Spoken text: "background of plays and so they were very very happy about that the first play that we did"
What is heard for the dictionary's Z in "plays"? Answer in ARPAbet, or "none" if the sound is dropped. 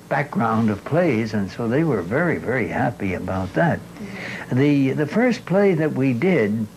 Z